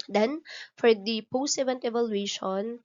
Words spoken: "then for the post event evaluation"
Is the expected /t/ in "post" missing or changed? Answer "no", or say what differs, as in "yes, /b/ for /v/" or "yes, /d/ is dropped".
yes, /t/ is dropped